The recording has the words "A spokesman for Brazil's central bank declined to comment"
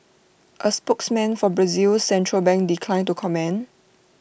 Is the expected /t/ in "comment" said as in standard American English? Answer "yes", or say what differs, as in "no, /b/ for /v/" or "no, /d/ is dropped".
no, /t/ is dropped